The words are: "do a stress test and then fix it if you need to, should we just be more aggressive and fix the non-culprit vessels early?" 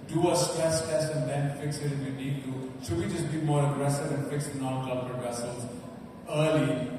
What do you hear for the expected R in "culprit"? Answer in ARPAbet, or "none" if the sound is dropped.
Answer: none